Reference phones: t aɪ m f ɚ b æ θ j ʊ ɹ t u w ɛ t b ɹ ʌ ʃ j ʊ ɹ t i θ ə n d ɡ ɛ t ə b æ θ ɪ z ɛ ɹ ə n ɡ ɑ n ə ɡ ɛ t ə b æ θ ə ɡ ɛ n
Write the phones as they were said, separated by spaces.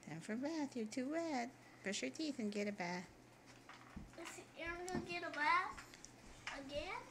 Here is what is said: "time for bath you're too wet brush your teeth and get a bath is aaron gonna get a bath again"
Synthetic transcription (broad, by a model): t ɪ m f ɚ b æ θ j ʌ ɹ t u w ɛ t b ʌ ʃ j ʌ ɹ t i θ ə n ɡ ɛ t ə b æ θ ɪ s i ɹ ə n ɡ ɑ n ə ɡ ɛ t ə b æ θ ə ɡ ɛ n